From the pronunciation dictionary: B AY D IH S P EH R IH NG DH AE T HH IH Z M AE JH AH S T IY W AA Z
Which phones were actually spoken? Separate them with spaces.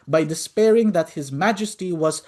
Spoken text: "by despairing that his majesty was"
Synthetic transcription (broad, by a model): B AY D IH S P EH R IH NG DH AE T HH IH Z M AE JH AH S T IY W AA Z